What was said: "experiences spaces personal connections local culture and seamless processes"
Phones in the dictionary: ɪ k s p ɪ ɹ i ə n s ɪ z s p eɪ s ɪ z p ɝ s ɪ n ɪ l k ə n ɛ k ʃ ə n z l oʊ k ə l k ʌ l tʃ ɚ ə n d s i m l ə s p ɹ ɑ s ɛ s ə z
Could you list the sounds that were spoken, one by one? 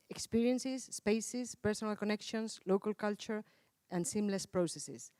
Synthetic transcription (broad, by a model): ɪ k s p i ɹ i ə n s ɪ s p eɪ s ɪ s p ɝ s ɪ n ɪ l k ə n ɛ k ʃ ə n s l oʊ k ə l k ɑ l tʃ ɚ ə n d s i m l ə s p ɹ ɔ s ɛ s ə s